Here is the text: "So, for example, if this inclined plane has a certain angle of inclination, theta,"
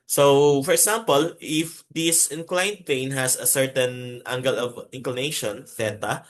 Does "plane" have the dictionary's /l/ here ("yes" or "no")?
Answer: no